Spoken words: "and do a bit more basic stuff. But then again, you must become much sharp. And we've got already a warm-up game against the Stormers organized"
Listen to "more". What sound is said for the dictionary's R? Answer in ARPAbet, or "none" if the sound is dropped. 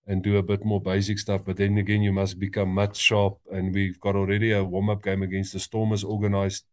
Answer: R